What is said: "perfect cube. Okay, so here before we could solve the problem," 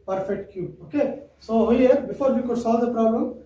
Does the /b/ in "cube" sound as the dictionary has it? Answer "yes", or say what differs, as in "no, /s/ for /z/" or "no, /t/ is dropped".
no, /b/ is dropped